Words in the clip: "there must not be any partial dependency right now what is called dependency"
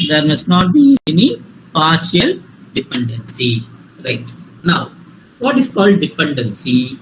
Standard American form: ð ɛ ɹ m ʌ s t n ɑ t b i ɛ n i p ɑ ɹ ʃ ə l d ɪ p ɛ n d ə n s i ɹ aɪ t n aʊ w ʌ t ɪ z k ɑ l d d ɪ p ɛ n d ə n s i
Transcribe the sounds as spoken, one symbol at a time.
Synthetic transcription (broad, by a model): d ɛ ɹ m ʌ s t n ɑ t b i ɛ n i p ɑ ɹ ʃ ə l d ɪ p ɛ n d ə n s i ɹ aɪ t n aʊ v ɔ t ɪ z k ɑ l d d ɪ p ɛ n d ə n s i